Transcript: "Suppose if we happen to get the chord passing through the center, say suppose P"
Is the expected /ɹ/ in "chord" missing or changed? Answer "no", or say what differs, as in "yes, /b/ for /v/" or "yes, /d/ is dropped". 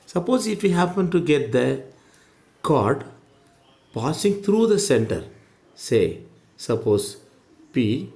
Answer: no